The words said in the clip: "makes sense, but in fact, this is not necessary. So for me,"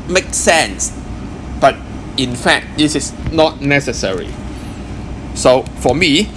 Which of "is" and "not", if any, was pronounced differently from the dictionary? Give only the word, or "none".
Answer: is